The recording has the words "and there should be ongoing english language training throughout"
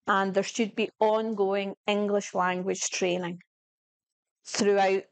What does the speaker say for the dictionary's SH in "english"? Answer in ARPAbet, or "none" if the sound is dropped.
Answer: SH